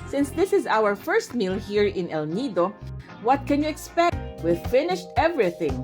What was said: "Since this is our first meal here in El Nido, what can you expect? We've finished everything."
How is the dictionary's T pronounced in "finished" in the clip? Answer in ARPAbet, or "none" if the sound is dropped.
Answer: T